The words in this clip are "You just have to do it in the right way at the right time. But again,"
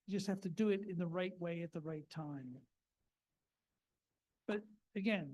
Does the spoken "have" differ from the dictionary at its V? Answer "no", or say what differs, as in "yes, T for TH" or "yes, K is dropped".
yes, F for V